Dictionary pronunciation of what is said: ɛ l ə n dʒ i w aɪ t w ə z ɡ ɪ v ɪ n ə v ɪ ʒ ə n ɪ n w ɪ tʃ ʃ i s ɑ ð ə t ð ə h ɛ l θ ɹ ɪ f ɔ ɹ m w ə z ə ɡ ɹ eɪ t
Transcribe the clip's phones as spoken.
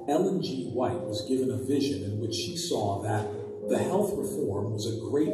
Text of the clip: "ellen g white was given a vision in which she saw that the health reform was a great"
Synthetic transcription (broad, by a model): ɛ l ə n dʒ i w aɪ t w ə z ɡ ɪ v ɪ n ə v ɪ ʒ ə n ɪ n w ɪ tʃ ʃ i s ɑ ð ə t ð ə h ɛ l θ ɹ ɪ f ɔ ɹ m w ə z ə ɡ ɹ eɪ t